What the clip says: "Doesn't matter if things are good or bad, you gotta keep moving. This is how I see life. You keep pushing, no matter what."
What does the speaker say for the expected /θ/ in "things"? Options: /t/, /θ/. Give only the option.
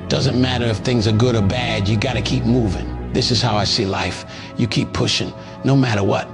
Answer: /θ/